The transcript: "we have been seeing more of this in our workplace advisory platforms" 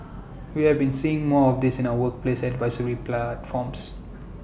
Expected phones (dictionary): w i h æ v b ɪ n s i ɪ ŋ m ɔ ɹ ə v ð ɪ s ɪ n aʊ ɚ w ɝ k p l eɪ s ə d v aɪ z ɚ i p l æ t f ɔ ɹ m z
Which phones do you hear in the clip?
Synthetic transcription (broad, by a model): w i h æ v b ɪ n s i ɪ ŋ m ɔ ɹ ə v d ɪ s ɪ n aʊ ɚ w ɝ k p l eɪ s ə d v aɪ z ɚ i p l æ t f ɔ m s